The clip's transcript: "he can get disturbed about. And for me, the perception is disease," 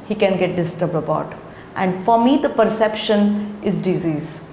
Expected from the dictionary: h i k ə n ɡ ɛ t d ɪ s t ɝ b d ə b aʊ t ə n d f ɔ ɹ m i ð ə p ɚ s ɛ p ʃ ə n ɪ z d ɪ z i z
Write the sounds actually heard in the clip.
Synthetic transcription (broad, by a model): h i k ə n ɡ ɛ t d ɪ s t ɝ b d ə b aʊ t ə n d f ɔ ɹ m i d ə p ɚ s ɛ p ʃ ə n ɪ z d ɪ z i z